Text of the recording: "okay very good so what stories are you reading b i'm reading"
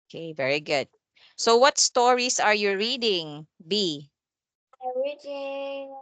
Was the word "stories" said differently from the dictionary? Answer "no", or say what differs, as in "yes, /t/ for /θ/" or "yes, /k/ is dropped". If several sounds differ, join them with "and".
yes, /s/ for /z/